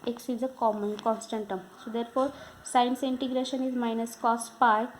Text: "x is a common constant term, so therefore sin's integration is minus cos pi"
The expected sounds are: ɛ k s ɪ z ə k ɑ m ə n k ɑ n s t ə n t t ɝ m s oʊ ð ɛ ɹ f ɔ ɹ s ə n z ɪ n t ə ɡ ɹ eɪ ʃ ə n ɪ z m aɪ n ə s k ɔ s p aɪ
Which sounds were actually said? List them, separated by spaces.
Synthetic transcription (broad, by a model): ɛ k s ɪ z ə k ɑ m ə n k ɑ n s t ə n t t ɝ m s oʊ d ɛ ɹ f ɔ ɹ s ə n s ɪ n t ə ɡ ɹ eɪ ʃ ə n ɪ z m aɪ n ə s k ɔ s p aɪ